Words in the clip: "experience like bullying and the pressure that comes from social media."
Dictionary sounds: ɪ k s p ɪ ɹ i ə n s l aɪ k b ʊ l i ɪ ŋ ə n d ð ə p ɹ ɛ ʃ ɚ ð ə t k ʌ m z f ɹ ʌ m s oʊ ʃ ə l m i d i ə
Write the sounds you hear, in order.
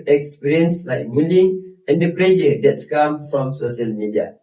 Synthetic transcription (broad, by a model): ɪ k s p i ɹ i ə n s l aɪ k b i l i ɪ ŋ ə n d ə p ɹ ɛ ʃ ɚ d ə t k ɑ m f ɹ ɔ m s oʊ ʃ ə l m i d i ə